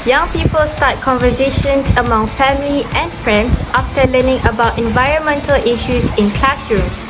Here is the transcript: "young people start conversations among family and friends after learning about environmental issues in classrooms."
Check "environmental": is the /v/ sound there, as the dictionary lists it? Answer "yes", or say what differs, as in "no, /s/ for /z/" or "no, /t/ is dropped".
yes